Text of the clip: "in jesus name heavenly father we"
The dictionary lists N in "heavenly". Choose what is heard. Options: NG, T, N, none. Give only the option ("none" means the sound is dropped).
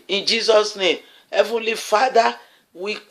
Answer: N